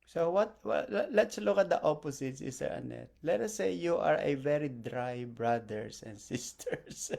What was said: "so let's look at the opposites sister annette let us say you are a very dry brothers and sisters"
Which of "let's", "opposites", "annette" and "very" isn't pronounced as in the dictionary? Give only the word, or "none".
opposites